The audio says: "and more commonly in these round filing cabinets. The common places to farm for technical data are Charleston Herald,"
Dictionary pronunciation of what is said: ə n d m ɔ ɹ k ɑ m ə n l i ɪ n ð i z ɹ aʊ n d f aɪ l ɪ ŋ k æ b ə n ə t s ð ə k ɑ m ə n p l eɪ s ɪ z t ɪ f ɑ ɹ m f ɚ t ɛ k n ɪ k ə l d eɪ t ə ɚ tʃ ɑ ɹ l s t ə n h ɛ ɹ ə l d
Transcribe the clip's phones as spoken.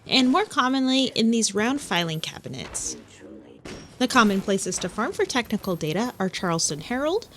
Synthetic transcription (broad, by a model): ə n m ɔ ɹ k ɑ m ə n l i ɪ n ð i z ɹ aʊ n d f aɪ l ɪ ŋ k æ b ə n ə t s ð ə k ɑ m ə n p l eɪ s ɪ z t ɪ f ɑ ɹ m f ɚ t ɛ k n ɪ k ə l d eɪ t ə ɚ tʃ ɑ ɹ l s t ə n h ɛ ɹ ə l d